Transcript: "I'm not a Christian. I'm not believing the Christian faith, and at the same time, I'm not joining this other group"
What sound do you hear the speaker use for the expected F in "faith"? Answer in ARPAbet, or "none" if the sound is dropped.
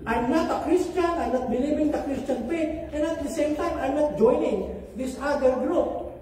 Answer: P